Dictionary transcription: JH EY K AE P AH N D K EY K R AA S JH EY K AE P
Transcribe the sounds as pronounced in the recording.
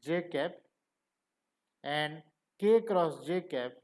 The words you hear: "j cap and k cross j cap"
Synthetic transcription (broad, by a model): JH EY K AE P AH N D K EY K R AA S JH EY K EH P